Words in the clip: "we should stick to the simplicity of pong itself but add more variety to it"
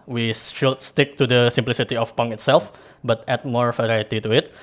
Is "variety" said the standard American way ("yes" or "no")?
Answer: yes